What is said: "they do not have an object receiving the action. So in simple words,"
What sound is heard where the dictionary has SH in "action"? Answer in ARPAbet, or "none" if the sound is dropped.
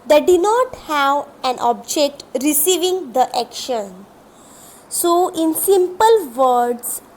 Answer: SH